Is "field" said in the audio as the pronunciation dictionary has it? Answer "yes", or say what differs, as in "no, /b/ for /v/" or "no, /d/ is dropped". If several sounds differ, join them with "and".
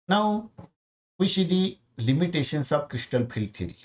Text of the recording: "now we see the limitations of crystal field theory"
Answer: no, /p/ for /f/